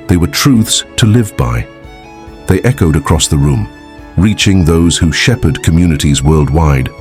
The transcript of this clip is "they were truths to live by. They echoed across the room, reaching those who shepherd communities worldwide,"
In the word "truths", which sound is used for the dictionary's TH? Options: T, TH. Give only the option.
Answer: TH